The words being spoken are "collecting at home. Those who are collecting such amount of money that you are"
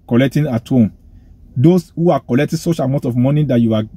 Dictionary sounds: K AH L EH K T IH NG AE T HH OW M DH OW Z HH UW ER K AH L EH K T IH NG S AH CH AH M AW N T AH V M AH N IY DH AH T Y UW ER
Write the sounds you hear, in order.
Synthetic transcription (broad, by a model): K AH L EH K T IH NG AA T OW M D OW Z HH UW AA K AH L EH K T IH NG S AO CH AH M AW T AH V M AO N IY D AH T Y UW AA